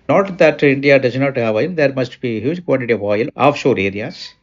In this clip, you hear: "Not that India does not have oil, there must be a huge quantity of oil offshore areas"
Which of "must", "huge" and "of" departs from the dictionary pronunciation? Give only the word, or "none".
none